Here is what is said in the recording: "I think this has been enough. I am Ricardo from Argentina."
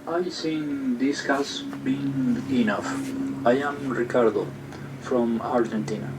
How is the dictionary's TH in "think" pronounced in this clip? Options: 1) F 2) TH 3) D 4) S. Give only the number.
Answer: 4